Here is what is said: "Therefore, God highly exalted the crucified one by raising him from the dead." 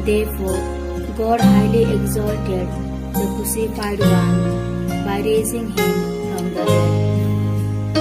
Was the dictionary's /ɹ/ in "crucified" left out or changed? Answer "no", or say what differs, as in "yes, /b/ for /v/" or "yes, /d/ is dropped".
yes, /ɹ/ is dropped